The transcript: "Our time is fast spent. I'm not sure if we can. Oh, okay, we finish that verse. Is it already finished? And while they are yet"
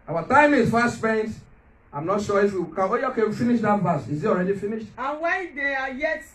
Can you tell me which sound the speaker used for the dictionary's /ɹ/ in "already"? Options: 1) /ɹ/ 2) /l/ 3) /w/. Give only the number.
1